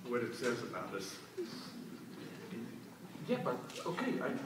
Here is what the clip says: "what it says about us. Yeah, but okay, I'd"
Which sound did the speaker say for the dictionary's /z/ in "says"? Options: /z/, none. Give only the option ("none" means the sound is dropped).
/z/